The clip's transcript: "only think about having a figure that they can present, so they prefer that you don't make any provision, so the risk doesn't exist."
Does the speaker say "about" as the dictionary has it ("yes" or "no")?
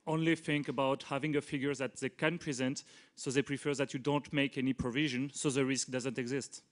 yes